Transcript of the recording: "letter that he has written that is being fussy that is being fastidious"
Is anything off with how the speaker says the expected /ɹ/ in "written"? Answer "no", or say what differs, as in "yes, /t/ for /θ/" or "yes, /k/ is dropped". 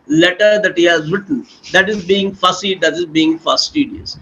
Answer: yes, /w/ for /ɹ/